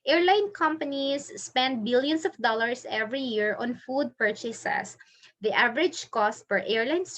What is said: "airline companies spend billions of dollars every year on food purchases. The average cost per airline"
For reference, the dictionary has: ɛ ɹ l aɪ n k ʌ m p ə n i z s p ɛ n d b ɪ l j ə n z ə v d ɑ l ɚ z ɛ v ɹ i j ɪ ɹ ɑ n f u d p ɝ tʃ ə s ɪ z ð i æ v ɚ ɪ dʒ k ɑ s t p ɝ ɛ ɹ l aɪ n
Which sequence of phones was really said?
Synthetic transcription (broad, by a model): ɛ ɹ l aɪ n k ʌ m p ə n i s p ɛ n d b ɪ l j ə n s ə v d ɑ l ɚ s ɛ v ɹ i j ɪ ɹ ɑ n f u d p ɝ tʃ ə s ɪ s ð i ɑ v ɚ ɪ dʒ k ɑ s t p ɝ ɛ ɹ l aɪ n